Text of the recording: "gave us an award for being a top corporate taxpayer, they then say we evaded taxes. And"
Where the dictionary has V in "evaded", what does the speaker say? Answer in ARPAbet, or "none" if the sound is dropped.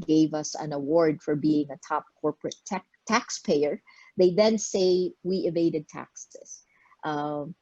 V